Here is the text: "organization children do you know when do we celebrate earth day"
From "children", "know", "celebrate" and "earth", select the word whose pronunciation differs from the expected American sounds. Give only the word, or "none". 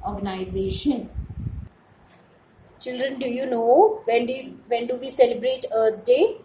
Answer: earth